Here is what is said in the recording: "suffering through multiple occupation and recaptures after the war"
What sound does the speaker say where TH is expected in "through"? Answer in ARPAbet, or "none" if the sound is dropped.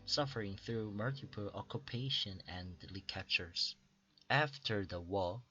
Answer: TH